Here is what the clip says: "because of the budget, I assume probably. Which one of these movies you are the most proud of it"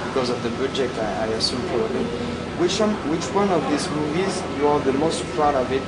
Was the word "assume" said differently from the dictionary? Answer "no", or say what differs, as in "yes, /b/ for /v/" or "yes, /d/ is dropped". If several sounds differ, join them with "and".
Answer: no